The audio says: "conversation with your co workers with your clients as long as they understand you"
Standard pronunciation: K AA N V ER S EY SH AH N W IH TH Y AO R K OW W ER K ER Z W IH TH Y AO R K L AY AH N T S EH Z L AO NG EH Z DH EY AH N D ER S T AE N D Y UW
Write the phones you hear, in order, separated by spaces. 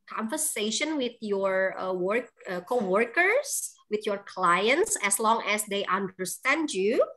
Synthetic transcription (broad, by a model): K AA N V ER S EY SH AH N W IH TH Y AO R K OW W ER K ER S W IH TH Y AO R K L AY AH N T S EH S L AO NG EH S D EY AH N D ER S T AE N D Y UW